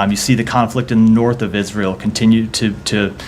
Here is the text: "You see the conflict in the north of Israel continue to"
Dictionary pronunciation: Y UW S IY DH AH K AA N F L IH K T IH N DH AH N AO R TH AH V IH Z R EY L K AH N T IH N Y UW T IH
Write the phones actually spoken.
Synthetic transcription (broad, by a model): Y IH S IY DH AH K AA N F L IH K T IH N DH AH N AO R TH AH V IH Z R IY L K N T IH N Y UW T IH